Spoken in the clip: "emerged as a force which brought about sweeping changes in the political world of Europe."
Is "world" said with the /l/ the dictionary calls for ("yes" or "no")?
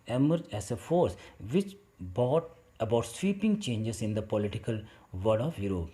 no